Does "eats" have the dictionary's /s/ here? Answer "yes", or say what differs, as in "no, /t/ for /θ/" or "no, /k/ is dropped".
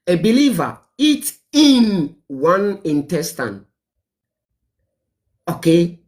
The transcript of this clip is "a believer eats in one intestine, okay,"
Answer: no, /s/ is dropped